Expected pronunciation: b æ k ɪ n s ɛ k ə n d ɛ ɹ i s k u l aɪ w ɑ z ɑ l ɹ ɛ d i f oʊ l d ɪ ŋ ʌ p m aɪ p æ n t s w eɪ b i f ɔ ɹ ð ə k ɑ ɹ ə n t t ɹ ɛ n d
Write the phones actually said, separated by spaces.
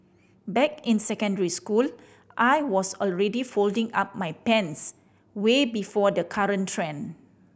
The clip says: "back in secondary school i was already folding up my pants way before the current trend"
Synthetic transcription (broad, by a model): b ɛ k ɪ n s ɛ k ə n d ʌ ɹ i s k u l aɪ w ɑ s ɑ l ɹ ɛ d i f oʊ l d ɪ ŋ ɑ p m aɪ p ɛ n s w eɪ b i f ɔ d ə k ɑ ɹ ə n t t ɹ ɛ n